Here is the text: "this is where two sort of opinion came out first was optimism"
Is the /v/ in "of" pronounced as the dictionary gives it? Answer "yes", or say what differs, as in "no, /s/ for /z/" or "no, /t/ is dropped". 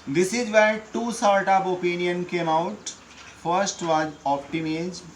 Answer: no, /p/ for /v/